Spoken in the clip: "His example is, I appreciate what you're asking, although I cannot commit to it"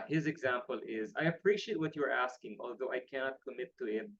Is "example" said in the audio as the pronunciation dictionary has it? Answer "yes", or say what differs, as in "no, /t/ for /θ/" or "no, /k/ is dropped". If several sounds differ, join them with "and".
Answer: yes